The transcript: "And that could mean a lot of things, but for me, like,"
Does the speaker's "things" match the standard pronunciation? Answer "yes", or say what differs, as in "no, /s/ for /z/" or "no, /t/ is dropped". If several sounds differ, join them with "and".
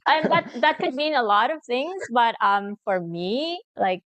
yes